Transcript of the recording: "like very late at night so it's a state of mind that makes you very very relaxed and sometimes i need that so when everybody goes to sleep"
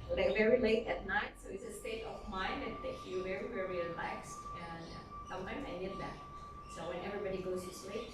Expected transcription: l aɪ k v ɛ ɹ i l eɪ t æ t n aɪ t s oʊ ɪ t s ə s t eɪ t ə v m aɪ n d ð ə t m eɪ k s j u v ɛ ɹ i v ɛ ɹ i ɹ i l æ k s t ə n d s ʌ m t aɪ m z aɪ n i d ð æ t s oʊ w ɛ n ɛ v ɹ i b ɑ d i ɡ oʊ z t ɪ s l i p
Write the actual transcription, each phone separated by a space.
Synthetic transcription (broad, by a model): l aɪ v ɛ ɹ i l eɪ t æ t n aɪ t s oʊ ɪ t s ə s t eɪ t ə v m aɪ n d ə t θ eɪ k j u v ɛ ɹ i v ɛ ɹ i ɹ i l æ k s t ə n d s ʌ m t aɪ m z aɪ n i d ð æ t s oʊ w ɛ n ɛ v ɹ i b ɑ d i ɡ oʊ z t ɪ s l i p